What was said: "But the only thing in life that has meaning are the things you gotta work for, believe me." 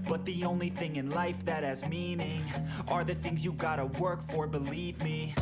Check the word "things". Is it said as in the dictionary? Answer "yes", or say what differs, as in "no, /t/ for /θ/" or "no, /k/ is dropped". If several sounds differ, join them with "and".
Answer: yes